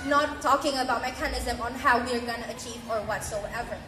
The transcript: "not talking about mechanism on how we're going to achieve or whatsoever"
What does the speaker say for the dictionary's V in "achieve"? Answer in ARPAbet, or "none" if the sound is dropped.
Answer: V